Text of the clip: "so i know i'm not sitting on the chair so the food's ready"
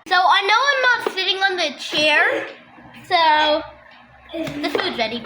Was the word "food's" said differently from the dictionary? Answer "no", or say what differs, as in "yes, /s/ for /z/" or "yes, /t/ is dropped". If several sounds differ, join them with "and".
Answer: yes, /z/ is dropped